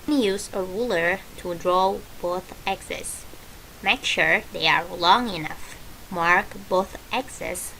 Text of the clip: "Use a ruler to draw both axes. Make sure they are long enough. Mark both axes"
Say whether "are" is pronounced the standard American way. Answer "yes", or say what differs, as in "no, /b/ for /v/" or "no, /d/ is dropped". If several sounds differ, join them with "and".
yes